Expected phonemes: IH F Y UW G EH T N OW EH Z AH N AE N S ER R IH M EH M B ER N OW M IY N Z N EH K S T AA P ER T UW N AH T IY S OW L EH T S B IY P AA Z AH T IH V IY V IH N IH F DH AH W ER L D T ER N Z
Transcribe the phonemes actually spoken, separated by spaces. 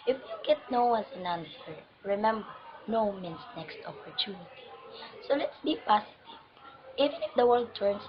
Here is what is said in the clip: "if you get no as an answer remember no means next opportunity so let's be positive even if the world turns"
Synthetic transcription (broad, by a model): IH F Y UW G EH T N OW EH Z AH N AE N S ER R IH M EH M B ER N OW M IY N S N EH K S T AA P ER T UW N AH T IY S OW L EH T S B IY P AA S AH T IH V IY V IH N IH F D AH W ER L D T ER N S